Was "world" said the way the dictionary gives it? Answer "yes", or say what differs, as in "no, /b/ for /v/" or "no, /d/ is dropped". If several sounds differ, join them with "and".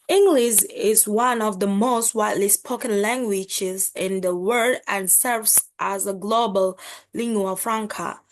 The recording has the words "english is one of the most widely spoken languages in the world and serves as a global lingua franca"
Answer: no, /l/ is dropped